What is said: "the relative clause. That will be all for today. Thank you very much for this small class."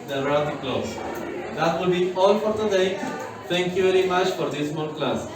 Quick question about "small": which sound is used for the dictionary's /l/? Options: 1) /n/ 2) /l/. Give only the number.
1